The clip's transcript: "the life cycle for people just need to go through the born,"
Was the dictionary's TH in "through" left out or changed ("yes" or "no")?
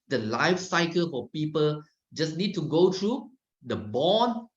yes